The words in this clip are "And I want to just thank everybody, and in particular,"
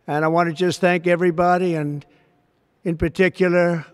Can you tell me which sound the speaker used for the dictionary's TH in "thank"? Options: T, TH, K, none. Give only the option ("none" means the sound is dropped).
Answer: TH